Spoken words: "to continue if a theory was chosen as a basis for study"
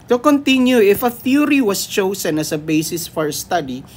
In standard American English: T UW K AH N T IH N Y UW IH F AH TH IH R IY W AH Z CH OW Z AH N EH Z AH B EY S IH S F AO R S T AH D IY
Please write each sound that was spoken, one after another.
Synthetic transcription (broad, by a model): T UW K AH N T IH N Y UW IH F AH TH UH R IY W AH S CH OW S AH N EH S AH B EY S IH S F AO R S T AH D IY